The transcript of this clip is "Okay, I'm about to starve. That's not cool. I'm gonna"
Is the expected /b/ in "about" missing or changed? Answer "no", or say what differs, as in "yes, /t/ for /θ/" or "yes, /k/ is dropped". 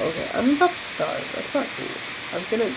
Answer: yes, /b/ is dropped